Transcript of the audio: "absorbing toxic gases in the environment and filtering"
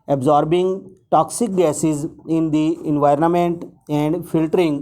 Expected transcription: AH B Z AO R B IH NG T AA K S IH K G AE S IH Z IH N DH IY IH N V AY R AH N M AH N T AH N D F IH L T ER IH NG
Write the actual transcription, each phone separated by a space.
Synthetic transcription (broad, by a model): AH B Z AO R B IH NG T AA K S IH K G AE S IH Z IH N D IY IH N V AY R AH N M AH N T AH N D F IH L T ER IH NG